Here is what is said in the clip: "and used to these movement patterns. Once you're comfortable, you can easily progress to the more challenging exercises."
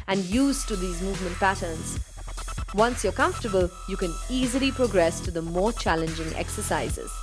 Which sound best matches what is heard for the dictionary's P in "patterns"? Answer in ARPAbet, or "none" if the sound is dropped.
P